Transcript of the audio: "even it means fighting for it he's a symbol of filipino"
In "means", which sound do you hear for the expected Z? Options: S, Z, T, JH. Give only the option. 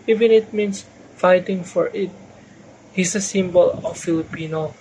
S